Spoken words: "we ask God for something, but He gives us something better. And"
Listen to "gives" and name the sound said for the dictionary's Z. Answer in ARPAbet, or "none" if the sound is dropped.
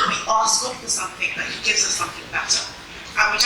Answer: Z